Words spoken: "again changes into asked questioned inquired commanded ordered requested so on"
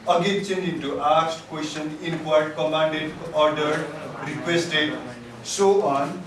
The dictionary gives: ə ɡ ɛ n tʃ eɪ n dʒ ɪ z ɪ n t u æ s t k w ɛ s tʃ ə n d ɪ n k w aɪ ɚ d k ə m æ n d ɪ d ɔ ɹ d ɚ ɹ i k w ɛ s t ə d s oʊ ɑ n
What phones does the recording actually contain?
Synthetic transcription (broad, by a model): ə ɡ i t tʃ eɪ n ɪ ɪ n t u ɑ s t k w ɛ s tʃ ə n ɪ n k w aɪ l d k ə m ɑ n d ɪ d ɔ ɹ d ɚ ɹ i k w ɛ s t ə d s oʊ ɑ n